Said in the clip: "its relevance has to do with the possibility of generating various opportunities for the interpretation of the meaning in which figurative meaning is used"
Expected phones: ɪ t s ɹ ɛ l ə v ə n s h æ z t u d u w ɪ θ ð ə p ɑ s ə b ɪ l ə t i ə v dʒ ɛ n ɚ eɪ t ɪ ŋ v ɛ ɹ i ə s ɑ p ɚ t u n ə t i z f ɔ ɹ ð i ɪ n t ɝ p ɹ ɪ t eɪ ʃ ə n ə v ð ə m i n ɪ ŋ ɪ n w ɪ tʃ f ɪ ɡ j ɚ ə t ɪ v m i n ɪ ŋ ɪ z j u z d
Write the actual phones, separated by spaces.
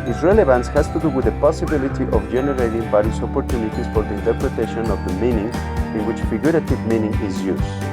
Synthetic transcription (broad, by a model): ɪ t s ɹ ɛ l ə v ə n s h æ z t u d u w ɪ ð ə p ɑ s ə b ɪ l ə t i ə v dʒ ɛ n ɚ eɪ t ɪ ŋ b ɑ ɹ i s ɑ p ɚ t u n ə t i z f ɔ ɹ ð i ɪ n t ɝ p ɹ ɪ t eɪ ʃ ə n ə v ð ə m i n ɪ ŋ ɪ n w ɪ tʃ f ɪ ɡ j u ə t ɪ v m i n ɪ ŋ ɪ z j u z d